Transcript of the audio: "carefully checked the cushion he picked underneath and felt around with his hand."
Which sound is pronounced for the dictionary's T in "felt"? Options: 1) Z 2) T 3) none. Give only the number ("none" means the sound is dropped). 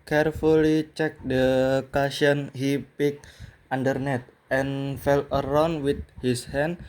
3